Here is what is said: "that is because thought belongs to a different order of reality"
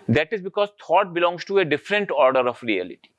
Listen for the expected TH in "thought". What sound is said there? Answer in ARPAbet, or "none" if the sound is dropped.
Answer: T